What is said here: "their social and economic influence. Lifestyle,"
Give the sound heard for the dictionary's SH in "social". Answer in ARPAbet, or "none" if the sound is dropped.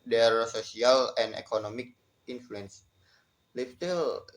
S